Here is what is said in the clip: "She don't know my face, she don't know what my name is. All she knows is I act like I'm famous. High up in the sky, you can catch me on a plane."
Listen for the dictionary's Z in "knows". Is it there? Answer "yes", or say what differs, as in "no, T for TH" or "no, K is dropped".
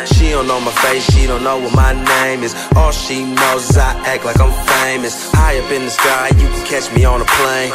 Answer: yes